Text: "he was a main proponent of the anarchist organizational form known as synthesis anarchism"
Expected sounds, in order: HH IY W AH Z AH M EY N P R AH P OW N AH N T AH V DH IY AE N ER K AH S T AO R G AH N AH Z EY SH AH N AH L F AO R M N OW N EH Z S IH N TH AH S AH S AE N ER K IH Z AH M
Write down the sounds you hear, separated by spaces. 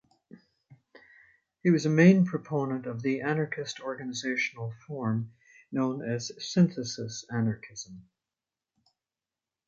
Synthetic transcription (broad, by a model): HH IY W AH Z AH M EY N P R AH P OW N AH N T AH V DH IY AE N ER K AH S T AO R G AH N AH Z EY SH N L F AO R M N OW N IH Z S IH N TH AH S AH S AE N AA K IH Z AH M